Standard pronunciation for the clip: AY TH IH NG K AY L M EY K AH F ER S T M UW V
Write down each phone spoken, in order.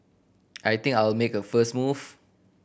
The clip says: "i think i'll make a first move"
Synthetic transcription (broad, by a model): AY T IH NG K AY L M EY K AH F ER S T M UW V